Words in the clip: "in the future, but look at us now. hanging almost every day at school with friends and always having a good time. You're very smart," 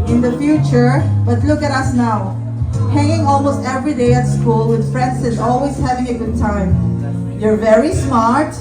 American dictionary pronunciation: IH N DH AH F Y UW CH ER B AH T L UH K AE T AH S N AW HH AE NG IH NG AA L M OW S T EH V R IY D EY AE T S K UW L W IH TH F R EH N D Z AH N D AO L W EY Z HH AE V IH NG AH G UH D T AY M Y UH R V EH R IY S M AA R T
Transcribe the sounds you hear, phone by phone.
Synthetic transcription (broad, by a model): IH N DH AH F Y UW CH ER B AH T L UH K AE T AH S N AW HH AE NG IH NG AA L M OW S T EH V R IY D EY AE T S K UW L W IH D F R EH N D S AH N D AO L W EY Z HH AE V IH NG AH G UH D T AY M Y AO R V EH R IY S M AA R T